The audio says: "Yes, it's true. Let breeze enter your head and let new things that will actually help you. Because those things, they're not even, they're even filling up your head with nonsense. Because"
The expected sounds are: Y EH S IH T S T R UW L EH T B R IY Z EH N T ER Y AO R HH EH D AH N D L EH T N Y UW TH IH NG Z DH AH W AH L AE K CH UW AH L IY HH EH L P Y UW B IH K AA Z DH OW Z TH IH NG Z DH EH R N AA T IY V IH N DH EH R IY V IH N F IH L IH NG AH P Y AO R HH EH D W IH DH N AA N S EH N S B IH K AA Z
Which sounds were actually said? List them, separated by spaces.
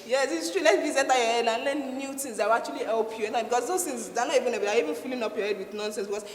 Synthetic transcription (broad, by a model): Y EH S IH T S T R UW L EH T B IY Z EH T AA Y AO HH EH D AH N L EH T N Y UW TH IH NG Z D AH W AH K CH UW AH L IY HH EH L P Y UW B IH K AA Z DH OW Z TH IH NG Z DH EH N AA T IY V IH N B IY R IY V IH N F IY L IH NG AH P Y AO HH EH D W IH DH N AA N S EH N S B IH K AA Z